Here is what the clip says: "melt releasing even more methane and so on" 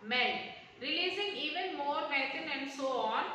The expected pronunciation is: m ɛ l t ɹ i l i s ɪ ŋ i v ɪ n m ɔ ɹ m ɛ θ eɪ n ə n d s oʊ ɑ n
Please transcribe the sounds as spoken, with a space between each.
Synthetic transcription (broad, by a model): m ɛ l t ɹ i l i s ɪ ŋ i v ɪ n m ɔ ɹ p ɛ t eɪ n ə n d s oʊ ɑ n